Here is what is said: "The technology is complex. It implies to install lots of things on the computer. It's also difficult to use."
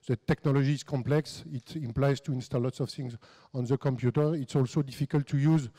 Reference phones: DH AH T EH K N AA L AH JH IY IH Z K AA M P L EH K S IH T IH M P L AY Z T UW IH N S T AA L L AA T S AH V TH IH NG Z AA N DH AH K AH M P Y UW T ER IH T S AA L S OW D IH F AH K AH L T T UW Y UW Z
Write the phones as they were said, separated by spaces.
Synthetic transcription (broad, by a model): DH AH T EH K N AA L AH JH IY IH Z K AA M P L EH K S IH T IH M P L AY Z T UW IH N S T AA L L AA T S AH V TH IH NG Z AA N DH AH K AH M P Y UW T ER IH T S AA L S OW D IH F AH K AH L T T UW Y UW Z